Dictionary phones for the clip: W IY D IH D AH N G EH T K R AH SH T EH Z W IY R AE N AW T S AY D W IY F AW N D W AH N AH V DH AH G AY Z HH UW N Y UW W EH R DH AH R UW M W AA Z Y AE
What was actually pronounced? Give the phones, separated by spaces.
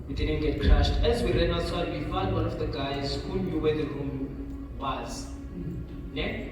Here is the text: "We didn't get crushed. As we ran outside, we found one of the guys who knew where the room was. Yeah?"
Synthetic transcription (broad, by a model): W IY D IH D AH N G EH T K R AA SH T EH Z W IY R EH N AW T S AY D W IY F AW N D W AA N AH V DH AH G AY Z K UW L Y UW W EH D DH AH R UW M W AA Z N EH